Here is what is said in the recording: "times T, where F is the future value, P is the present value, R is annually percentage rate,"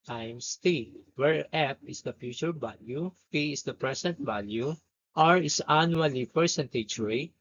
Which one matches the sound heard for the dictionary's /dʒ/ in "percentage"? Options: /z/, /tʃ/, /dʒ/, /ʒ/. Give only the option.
/tʃ/